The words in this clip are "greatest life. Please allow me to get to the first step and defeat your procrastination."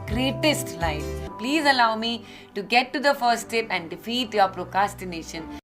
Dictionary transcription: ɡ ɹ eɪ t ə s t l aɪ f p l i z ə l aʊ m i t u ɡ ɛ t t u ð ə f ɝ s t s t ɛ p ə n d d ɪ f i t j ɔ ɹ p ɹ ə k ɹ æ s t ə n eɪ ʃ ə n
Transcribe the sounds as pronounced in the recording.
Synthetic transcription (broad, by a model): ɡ ɹ eɪ t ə s t l aɪ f p l i z ə l aʊ m i t u ɡ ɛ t t u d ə f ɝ t s t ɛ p ə n d d ɪ f i t j ɔ ɹ p ɹ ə k ɹ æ s t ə n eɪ ʃ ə n